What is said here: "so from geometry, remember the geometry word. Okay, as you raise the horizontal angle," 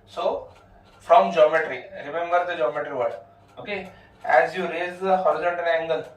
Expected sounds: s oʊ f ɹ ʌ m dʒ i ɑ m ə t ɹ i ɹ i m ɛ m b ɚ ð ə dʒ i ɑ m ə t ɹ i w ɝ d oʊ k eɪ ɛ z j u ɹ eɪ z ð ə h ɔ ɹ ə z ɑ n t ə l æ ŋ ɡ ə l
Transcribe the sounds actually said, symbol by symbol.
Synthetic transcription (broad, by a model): s oʊ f ɹ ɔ m dʒ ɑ m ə t ɹ i ɹ i m ɛ m b ɚ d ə dʒ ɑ m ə t ɹ i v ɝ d oʊ k eɪ ɛ z j u ɹ eɪ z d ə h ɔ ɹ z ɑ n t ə n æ ŋ ɡ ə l